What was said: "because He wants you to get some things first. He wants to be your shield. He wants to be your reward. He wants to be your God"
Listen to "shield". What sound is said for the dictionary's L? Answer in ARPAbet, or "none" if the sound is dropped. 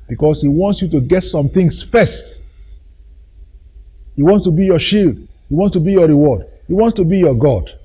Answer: L